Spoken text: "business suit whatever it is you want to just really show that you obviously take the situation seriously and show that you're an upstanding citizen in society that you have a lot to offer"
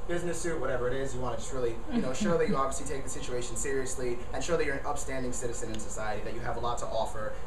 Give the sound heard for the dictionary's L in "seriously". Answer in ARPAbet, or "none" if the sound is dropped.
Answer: L